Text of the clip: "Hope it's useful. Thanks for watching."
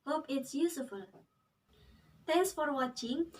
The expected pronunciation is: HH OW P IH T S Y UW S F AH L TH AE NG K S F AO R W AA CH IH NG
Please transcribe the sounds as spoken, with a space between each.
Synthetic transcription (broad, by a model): HH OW P IH T S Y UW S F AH L T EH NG S F AO R W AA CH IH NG